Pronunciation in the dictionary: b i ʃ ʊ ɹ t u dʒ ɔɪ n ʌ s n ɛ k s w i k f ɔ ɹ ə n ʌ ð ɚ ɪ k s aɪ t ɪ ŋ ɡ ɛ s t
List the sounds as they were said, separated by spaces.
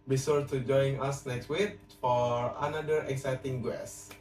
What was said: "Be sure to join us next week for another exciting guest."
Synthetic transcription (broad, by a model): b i s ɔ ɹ t u dʒ ɔɪ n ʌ s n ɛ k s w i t f ɔ ɹ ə n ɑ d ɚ ɪ k s aɪ t ɪ ŋ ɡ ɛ s